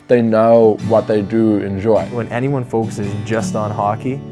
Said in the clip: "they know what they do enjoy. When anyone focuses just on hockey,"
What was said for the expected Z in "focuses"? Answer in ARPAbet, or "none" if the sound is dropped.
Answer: Z